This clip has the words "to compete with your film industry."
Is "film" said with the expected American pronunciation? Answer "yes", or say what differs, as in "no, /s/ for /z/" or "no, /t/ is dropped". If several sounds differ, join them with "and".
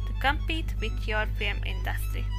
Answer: no, /l/ is dropped